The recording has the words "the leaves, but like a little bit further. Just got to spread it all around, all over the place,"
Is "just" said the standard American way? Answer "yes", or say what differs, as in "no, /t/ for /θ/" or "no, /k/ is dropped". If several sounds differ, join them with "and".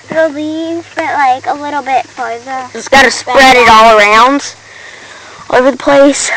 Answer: no, /z/ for /dʒ/